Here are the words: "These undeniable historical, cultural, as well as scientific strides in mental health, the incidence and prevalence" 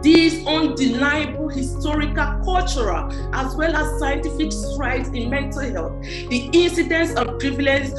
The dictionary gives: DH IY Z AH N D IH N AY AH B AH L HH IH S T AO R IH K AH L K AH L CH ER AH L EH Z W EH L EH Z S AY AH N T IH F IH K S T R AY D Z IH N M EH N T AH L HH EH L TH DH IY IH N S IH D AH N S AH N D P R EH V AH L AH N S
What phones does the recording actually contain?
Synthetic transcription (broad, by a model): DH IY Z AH N D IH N AY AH B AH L HH IH S T AO R IH K AH L K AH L CH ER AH L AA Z W EH L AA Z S AY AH N T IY F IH K S T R AY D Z IH N M EH N T AH L HH EH L TH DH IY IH N S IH D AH N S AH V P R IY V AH L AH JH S